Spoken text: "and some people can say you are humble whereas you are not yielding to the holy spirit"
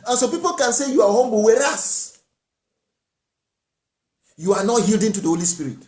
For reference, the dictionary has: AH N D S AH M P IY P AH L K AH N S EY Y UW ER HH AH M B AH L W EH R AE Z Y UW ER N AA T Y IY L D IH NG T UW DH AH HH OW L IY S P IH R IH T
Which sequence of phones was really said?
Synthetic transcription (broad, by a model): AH N S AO P IY P AH L K AH N S EY Y UW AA HH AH M B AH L W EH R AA S Y UW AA N AA T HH IY L D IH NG T UW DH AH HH OW L IY S P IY R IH T